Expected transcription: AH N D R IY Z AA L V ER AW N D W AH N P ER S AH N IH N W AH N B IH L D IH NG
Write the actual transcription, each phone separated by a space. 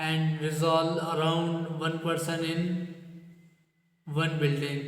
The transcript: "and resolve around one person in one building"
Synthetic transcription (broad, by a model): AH N D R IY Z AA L ER AW N D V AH N P ER S AH N IH N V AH N B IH L D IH NG